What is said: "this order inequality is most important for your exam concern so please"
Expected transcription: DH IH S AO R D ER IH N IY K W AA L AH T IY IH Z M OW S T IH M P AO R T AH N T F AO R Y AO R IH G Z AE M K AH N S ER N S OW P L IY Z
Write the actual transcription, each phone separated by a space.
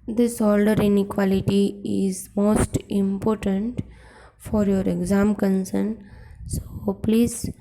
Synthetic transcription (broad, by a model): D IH S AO L D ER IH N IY K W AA L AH T IY IH Z M OW S T IH M P AO R T AH N T F AO R Y AO R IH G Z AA M K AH N S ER N S OW P L IY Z